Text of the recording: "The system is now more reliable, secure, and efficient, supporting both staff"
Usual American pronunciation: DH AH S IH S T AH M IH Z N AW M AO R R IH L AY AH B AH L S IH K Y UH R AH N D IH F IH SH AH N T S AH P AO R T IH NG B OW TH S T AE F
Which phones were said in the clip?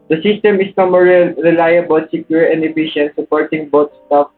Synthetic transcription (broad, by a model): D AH S IH S T AH M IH S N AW M AO R R IH L AY AH B AH L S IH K Y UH R AH N D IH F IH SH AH N T S AH P AO R T IH NG B OW T S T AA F